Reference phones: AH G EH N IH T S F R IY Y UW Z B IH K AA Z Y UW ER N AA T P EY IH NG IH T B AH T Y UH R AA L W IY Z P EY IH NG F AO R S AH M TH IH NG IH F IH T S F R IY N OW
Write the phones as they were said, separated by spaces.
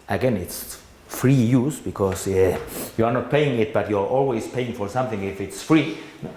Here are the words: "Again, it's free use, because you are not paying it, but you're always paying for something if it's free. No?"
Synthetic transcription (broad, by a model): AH G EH N IH T S F R IY Y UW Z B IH K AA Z Y UW ER N AA T P EY IH NG IH T B AH T Y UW R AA L W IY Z P EY IH NG F AO R S AH M TH IH NG IH F IH T S F R IY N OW